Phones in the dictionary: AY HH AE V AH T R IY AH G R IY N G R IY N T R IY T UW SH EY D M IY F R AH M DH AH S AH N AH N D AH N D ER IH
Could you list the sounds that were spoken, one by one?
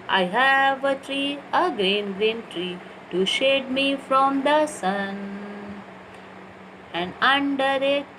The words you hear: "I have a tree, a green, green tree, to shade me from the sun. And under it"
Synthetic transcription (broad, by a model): AY HH AE V AH T R IY AH G R IY N G R IY N T R IY T UW SH EY D M IY F R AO M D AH S AH N AH N D AH N D ER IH